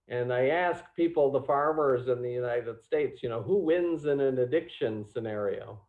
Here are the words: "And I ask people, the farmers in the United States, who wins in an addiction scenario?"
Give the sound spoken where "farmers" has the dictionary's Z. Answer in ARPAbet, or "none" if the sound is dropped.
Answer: Z